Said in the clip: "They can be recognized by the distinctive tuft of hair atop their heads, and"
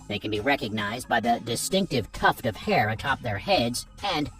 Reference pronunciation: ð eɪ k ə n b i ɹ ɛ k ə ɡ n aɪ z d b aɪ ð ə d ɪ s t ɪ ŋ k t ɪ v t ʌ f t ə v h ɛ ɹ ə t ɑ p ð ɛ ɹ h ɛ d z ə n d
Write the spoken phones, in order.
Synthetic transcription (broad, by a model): ð eɪ k ə n b i ɹ ɛ k ə ɡ n aɪ z d b aɪ ð ə d ɪ s t ɪ ŋ k t ɪ v t ʌ f t ə v h ɛ ɹ ə t ɑ p ð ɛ ɹ h ɛ d z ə n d